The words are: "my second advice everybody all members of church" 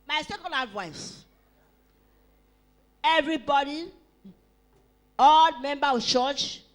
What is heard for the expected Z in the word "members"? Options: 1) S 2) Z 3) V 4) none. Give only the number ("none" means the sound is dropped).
4